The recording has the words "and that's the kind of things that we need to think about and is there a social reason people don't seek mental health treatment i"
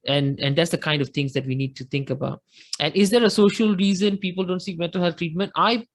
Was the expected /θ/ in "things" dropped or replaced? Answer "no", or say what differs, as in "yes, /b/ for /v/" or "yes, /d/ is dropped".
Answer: yes, /t/ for /θ/